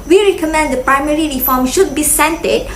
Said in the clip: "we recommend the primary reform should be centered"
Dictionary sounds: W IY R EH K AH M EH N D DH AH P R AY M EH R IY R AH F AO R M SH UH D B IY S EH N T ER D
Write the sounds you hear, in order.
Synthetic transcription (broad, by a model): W IY R EH K AH M EH N D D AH P R AY M EH R IY R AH F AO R M SH UH D B IY S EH N T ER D